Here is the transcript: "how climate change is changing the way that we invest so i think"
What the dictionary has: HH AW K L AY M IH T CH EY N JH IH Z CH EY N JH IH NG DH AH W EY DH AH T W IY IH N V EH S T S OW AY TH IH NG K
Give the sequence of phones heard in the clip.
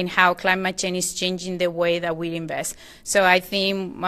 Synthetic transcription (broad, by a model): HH AW K L AY M IH T CH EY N IH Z CH EY N JH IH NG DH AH W EY DH AH T W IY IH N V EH S T S OW AY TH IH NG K